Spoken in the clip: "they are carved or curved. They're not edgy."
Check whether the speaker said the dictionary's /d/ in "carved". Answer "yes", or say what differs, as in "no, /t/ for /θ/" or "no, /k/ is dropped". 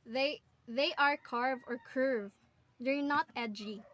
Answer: no, /d/ is dropped